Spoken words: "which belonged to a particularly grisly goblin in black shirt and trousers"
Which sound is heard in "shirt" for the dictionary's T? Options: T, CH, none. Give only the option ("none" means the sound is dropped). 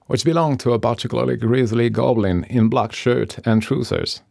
T